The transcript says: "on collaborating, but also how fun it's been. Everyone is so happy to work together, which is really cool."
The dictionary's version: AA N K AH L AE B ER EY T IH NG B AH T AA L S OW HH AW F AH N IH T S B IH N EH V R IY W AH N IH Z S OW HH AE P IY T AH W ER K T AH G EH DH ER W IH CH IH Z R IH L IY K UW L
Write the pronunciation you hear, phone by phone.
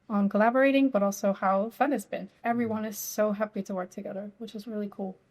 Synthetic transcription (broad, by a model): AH N K AH L AE B ER EY T IH NG B AH T AA L S OW HH AW F AH N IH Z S B IH N EH V R IY W AH N IH Z S OW HH AE P IY T AH W ER K T AH G EH DH ER W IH CH IH Z R IH L IY K UW L